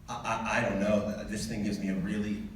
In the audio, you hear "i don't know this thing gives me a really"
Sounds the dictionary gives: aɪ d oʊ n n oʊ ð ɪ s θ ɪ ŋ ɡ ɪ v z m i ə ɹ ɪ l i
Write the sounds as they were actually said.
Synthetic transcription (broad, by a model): aɪ d oʊ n n oʊ ð ɪ s θ ɪ ŋ ɡ ɪ v z m i ə ɹ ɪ l i